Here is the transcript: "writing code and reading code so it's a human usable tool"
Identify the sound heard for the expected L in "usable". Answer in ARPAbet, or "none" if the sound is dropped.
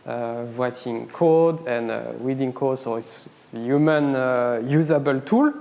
L